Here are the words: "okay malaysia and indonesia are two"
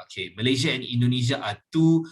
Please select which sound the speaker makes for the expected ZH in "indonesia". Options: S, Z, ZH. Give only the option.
Z